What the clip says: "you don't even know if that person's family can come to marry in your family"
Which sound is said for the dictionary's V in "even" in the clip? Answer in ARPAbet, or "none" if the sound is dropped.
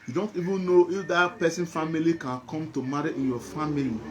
V